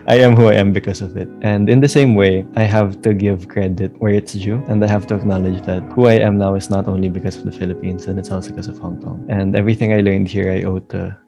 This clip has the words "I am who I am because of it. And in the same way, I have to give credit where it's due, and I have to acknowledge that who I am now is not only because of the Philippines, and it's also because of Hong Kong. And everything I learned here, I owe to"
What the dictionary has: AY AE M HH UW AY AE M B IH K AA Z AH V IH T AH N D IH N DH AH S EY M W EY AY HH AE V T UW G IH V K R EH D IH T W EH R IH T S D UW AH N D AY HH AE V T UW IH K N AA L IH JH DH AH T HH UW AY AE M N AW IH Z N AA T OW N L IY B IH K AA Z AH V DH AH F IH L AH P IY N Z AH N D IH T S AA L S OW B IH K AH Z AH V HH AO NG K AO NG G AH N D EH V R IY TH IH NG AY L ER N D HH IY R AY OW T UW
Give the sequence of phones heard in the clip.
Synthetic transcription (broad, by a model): AY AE M HH UW AY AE M B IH K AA S AH V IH T AH N D IH N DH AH S EY M W EY AY HH AE V T UW G IH V K R EH D IH T W EH R IH T S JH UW AH N D AY HH AE V T UW IH K N AA L IH JH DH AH T HH UW AY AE M N AW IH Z N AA T OW N L IY B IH K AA S AH V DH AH F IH L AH P IY N S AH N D IH T S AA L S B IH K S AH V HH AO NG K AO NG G AH N D EH V R IY TH IH NG AY L ER N D HH IY R AY OW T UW